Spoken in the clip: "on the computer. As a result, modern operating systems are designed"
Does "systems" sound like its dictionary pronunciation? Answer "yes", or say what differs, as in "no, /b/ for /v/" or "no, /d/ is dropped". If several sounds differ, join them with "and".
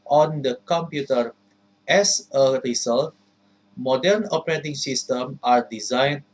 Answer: no, /z/ is dropped